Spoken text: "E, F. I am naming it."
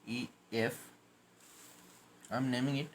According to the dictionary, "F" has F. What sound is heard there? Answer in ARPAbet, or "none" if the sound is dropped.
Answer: F